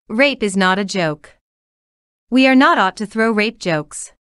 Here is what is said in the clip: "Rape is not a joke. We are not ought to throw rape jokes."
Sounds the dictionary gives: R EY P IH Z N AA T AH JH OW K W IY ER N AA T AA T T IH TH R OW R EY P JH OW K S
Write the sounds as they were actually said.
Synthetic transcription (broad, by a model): R EY P IH Z N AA T AH JH OW K W IY ER N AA T AA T T IH TH R OW R EY P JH OW K S